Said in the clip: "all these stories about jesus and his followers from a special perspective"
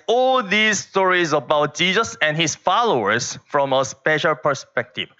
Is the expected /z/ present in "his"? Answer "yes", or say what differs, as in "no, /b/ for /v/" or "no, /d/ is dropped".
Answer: no, /s/ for /z/